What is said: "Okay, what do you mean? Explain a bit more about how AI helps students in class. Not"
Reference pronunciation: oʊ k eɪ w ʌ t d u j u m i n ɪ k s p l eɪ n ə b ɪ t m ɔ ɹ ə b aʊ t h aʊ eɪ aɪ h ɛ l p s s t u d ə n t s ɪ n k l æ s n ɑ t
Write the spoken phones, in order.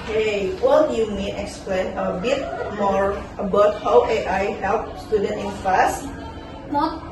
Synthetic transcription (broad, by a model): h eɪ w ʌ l j u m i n ɪ k s p l eɪ n ə b ɪ t m ɔ ɹ ə b aʊ t h aʊ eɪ aɪ h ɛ l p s s t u d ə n t ɪ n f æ s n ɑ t